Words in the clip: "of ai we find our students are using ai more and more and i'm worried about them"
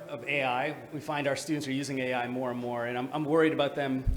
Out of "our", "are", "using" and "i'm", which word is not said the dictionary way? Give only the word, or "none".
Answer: none